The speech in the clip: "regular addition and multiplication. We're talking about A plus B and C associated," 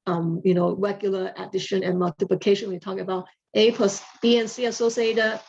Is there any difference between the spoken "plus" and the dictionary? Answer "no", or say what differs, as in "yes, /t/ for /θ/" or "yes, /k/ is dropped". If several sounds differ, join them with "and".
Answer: yes, /l/ is dropped